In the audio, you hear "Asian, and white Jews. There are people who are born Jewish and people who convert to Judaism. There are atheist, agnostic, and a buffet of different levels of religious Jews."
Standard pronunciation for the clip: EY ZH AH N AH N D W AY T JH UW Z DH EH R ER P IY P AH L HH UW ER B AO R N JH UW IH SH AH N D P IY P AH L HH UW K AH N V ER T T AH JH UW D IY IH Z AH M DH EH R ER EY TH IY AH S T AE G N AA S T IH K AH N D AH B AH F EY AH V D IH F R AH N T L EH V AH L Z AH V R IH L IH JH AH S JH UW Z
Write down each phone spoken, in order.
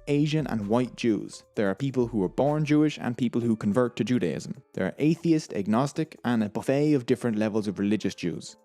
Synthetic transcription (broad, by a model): EY ZH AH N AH N W AY T JH UW Z DH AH R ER P IY P AH L HH UW ER B AO R N JH UW IH SH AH N P IY P AH L HH UW K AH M V ER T T AH JH UW D IY IH Z AH M DH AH R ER EY TH IY AH S T AE G N AA S T IH K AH N AH B AH F EY AH V D IH F R AH N T L EH V AH L Z AH V R IH L IH JH AH S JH UW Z